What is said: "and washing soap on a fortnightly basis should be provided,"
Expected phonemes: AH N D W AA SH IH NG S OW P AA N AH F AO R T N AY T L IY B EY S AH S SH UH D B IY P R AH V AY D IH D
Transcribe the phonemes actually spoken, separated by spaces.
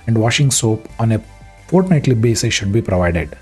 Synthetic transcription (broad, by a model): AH N D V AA SH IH NG S OW P AA N AH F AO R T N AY T L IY B EY S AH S SH UH D B IY P R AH V AY D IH D